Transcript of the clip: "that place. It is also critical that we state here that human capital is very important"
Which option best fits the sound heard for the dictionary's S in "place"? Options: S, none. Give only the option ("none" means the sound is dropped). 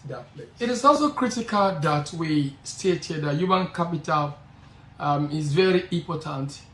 none